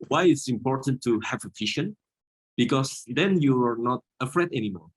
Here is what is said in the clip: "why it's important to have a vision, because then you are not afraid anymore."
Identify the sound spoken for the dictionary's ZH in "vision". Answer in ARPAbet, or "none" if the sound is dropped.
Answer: SH